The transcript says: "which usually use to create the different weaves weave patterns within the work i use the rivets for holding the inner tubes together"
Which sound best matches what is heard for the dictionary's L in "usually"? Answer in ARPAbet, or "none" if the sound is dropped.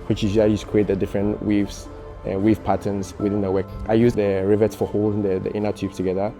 none